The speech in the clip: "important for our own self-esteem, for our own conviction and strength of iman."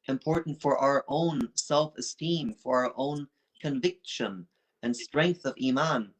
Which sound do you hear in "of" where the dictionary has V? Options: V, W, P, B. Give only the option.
V